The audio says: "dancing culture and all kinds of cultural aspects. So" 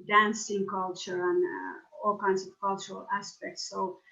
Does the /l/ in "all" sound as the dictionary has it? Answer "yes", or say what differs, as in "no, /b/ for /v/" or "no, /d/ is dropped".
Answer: yes